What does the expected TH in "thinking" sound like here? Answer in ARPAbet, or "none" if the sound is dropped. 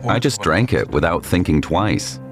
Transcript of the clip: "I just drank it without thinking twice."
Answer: TH